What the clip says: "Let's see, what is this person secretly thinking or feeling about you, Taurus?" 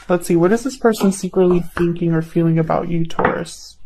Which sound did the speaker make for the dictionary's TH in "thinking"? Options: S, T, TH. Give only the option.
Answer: TH